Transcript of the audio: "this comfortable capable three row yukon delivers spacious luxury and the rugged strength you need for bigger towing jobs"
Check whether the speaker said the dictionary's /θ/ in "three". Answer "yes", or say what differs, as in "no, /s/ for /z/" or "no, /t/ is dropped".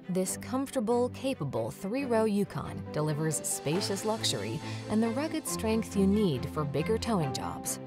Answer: yes